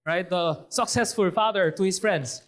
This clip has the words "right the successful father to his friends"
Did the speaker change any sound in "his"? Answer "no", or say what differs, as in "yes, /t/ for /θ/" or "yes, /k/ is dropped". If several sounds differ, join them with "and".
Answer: yes, /s/ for /z/